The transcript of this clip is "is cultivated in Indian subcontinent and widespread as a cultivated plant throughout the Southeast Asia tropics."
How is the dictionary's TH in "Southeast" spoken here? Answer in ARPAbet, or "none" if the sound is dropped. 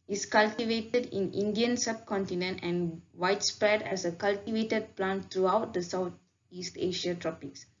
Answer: T